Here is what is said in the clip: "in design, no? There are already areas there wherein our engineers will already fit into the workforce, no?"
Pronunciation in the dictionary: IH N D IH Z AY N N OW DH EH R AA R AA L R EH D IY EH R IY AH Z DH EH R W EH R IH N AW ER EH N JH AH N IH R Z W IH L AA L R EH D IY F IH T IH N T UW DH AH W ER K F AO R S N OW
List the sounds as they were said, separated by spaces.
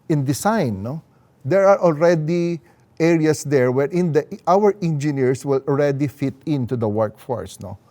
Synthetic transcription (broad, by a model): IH N D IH S AY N N OW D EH R AA R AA L R EH D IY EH R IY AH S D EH R W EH R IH N AW ER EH N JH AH N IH R S W IH L AA L R EH D IY F IH T IH N T UW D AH W ER K F AO R S N OW